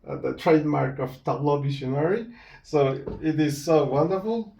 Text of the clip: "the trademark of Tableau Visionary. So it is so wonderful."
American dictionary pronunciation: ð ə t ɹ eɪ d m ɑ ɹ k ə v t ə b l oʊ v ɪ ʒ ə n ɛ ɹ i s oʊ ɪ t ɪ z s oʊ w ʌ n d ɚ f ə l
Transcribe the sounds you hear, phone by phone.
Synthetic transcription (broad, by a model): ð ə t ɹ eɪ d m ɑ ɹ k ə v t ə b l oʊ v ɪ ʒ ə n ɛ ɹ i s oʊ ɪ t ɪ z s oʊ w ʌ n d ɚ f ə l